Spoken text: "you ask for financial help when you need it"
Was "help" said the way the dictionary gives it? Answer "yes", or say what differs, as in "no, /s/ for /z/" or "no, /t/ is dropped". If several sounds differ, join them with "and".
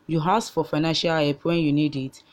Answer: no, /l/ is dropped